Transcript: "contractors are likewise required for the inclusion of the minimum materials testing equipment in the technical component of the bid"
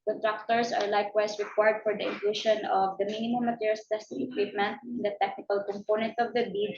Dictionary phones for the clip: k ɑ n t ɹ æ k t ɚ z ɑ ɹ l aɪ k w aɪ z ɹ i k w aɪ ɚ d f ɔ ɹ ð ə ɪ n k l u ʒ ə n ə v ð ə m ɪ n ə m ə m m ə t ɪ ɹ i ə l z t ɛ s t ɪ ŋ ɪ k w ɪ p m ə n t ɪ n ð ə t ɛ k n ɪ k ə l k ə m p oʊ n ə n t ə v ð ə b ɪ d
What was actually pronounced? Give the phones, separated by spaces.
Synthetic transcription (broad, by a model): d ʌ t ɹ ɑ k t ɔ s ɑ ɹ l aɪ k w aɪ s ɹ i k w aɪ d f ɔ ɹ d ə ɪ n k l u ʃ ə n ə v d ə m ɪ n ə m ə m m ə t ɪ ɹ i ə l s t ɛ s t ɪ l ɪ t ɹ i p m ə n t ɪ n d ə t ɛ k n ɪ k ə l k ə m p oʊ n ə n t ə v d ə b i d